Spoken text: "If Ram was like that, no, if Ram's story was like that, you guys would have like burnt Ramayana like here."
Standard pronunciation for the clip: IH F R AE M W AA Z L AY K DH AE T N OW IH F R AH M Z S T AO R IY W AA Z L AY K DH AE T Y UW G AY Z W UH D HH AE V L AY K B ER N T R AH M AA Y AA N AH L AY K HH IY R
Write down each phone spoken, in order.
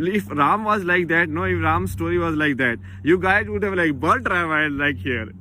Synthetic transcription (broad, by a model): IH F R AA M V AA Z L AY K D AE T N OW IH F R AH M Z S T AO R IY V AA Z L AY K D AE T Y UW G AY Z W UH D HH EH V L AY K B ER L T R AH IH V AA AH L AY K HH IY R